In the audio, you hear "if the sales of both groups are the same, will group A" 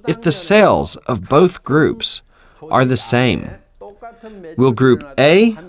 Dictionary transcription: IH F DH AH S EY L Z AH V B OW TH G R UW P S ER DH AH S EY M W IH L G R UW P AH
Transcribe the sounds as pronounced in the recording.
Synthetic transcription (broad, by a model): IH F DH AH S EY L Z AH V B OW TH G R UW P S ER DH AH S EY M W IH L G R UW P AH